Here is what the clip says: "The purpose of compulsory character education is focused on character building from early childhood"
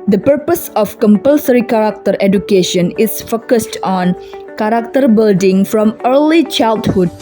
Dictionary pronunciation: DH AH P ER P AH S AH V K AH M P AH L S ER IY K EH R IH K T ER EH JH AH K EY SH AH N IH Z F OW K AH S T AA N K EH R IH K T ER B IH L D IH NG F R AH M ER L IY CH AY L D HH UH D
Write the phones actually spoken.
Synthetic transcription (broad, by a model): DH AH P ER P AH S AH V K AH M P AH L S ER IY K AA R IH K T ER EH JH AH K EY SH AH N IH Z F OW K AH S T AA N K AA R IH K T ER B IH L D IH NG F R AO M ER L IY CH AY L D HH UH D